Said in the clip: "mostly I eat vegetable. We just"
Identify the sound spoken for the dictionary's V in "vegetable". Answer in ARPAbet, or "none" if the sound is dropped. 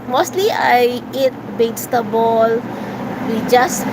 B